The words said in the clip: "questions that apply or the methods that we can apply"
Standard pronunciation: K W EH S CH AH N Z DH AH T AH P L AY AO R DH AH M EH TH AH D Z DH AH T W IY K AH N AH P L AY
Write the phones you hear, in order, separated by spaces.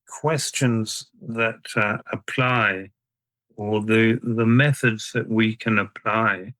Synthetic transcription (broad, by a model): K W EH S CH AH N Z DH AH T AH P L AY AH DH DH AH M EH TH AH D Z DH AH T W IY K AH N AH P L AY